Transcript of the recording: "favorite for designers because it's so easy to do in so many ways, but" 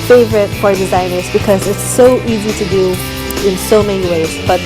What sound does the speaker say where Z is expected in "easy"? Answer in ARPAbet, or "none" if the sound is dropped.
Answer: Z